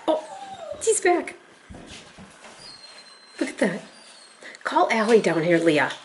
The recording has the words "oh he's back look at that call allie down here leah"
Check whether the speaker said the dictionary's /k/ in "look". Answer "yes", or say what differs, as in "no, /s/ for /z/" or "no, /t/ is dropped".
yes